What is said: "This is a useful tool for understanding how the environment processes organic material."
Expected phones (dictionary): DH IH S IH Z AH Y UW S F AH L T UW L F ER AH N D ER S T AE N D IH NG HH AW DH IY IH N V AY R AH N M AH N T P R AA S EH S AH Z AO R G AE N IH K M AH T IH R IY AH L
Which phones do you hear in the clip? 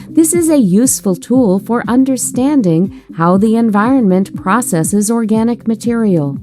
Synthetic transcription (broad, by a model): DH IH S IH Z AH Y UW S F AH L T UW L F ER AH N D ER S T AE N D IH NG HH AW DH IY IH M V AY R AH N M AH N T P R AA S EH S AH Z AO R G AE N IH K M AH T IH R IY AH L